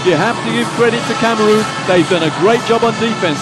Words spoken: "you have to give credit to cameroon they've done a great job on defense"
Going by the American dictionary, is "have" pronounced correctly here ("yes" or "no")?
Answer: no